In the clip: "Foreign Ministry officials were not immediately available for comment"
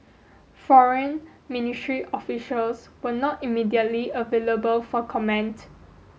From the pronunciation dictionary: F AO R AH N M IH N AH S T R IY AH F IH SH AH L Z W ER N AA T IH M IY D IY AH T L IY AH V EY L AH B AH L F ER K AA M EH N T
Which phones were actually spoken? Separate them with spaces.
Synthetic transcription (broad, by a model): F AO R AH N M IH N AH S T R IY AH F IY SH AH L S W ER N AA T IH M IY D IY AH T L IY AH V EY L AH B AH L F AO K AA M EH N T